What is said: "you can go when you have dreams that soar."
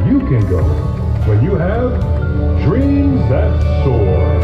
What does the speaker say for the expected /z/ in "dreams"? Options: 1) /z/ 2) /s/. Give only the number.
1